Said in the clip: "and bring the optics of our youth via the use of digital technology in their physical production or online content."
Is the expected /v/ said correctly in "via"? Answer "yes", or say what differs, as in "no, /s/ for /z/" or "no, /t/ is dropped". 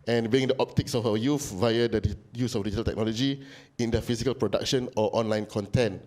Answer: yes